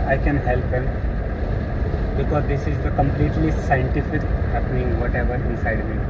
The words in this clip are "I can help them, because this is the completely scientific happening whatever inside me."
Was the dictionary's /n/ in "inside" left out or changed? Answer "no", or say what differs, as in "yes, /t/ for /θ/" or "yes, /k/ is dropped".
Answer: yes, /n/ is dropped